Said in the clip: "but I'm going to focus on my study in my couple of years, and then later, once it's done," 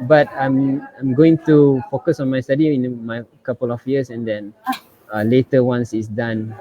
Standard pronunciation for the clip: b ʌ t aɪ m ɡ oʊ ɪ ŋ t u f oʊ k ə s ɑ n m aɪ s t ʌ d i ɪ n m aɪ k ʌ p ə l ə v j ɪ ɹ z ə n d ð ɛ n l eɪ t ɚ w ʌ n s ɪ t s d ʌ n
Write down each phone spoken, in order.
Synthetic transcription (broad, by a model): b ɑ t aɪ m ɡ oʊ ɪ ŋ t u f oʊ k ə s ɑ n m aɪ s t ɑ d i ɪ n m aɪ k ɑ p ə l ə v j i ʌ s ə n d ɛ n l eɪ t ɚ w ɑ n s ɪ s d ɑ n